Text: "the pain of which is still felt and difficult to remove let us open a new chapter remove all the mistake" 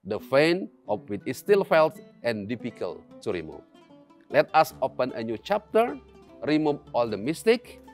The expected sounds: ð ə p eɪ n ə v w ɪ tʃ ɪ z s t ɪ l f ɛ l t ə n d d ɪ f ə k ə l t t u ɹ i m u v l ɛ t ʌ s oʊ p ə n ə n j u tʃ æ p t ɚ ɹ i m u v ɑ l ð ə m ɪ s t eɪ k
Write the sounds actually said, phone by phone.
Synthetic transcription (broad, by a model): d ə f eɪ n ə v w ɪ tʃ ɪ s t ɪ l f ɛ l t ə n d d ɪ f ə k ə l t t u ɹ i m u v l ɛ t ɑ s oʊ p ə n ə n j u tʃ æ p t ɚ ɹ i m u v ɑ l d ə m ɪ s t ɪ k